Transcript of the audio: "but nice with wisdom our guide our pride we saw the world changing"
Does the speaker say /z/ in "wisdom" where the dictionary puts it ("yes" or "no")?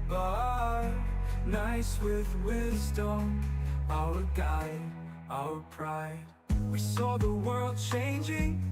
yes